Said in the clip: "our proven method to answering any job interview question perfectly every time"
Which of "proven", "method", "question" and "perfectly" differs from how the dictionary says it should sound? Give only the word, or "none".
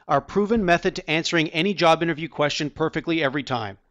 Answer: none